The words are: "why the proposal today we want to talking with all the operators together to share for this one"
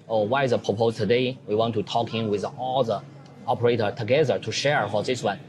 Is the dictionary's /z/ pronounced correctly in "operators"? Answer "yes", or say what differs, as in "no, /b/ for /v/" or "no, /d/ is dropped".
no, /z/ is dropped